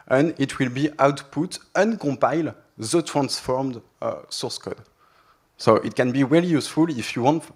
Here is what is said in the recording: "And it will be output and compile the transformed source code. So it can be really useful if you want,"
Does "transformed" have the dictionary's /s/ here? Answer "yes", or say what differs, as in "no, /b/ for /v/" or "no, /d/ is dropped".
yes